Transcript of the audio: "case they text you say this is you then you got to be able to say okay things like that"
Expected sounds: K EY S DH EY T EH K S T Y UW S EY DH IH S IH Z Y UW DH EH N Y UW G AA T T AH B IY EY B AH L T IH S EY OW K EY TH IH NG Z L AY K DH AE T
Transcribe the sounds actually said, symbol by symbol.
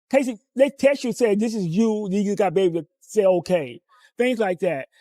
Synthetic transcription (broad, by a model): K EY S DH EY T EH S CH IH S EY DH IH S IH Z Y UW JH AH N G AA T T B IY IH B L T IH S EY OW K EY TH IH NG Z L AY K DH AE T